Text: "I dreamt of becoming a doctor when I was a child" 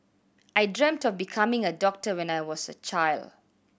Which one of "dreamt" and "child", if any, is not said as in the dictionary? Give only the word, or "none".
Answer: none